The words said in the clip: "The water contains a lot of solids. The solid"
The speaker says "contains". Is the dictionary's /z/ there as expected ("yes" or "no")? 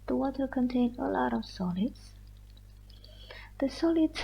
no